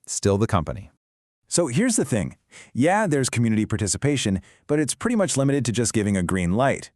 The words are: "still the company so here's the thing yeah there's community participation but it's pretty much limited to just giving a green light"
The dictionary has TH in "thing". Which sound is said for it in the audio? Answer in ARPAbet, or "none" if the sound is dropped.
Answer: TH